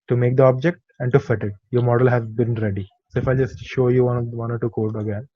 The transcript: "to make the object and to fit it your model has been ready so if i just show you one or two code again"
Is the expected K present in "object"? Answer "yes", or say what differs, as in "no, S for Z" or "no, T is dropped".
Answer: yes